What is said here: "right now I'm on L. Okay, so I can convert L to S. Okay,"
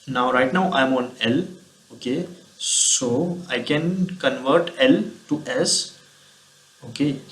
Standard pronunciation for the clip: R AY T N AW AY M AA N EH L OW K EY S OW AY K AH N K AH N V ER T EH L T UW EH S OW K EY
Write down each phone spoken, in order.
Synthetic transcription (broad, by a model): R AY T N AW AY M AA N EH L OW K EY S OW AY K AH N K AH N V ER T EH L T UW EH S OW K EY